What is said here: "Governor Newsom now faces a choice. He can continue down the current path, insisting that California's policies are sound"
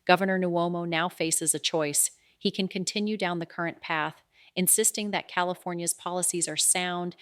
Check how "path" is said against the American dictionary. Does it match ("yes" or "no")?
yes